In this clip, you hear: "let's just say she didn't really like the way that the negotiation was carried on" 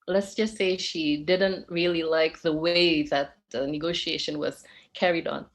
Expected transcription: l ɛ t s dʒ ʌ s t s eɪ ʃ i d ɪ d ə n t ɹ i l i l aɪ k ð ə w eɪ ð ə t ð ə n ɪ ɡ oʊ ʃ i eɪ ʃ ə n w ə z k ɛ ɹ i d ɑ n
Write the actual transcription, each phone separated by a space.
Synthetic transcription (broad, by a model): l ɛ t s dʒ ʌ s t s eɪ ʃ i d ɪ d ə n t ɹ i l i l aɪ k ð ə w eɪ ð ə t ð ə n ɪ ɡ oʊ ʃ i eɪ ʃ ə n w ə z k ɛ ɹ i d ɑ n